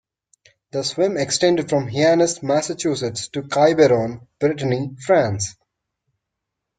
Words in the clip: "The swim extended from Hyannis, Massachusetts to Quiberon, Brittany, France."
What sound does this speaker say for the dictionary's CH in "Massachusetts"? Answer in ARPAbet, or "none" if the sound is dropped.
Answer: CH